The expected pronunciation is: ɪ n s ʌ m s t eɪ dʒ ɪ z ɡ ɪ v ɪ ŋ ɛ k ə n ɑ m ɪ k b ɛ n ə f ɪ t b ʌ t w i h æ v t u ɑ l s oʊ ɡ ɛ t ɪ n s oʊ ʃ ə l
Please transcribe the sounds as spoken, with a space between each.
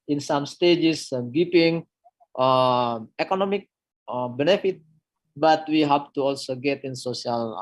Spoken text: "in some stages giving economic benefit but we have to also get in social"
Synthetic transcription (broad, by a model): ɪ n s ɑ m s t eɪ dʒ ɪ s ɡ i p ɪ ŋ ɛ k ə n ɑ m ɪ k b ɛ n ə f ɪ t b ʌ t w i h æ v t u ɑ l s oʊ ɡ ɛ t ɪ n s oʊ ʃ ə l